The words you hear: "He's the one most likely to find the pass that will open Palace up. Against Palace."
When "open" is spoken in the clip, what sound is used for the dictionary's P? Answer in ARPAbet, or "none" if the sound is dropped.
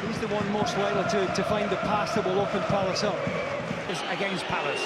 F